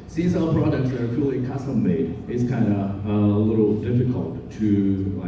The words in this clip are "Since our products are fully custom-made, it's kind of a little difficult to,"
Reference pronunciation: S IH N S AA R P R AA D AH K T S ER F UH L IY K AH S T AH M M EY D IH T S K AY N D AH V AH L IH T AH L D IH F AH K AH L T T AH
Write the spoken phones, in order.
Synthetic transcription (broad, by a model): S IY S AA L P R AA D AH K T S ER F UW L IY K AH S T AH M M EY D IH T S K AY N D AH AH L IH T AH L D IH F AH K AH L T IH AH